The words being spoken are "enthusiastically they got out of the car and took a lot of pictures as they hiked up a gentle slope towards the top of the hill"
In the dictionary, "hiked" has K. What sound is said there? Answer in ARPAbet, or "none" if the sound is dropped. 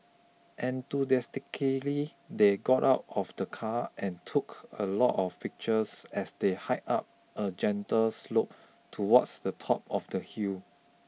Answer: none